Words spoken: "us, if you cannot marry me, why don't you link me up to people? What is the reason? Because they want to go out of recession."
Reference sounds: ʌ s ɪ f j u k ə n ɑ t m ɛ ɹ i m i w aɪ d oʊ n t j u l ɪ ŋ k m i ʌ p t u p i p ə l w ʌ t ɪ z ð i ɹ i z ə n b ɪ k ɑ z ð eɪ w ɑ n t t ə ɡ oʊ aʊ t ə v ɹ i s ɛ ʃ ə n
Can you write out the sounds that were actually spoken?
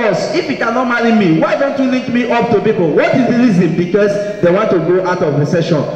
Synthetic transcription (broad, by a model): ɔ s ɪ f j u k ə n ɑ t m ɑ ɹ i m i w aɪ d oʊ n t j u l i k m i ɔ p t u p i p ə l w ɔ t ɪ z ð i l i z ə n b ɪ k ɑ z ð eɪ w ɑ n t t ə ɡ oʊ aʊ t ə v ɹ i s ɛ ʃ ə n